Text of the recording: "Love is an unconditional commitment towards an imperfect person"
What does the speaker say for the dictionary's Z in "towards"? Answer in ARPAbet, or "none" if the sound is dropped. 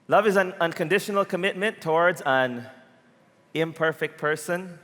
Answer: Z